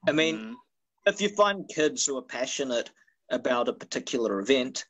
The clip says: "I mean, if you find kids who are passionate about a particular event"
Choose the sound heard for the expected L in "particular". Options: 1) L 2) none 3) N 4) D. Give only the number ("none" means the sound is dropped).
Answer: 2